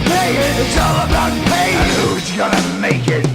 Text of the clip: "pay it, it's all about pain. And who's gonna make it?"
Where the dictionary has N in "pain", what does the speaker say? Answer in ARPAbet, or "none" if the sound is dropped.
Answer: none